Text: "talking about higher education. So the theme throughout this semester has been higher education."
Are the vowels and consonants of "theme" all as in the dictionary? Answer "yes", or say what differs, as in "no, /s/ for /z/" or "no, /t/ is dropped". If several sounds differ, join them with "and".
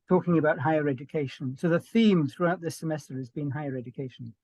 yes